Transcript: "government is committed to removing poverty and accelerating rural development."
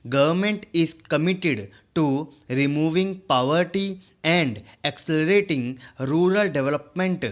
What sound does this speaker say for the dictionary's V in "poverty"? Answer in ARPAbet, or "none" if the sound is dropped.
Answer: V